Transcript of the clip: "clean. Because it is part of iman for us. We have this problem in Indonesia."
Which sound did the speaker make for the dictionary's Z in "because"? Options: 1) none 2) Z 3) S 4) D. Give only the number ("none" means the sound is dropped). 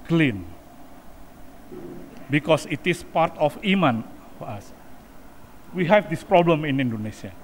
3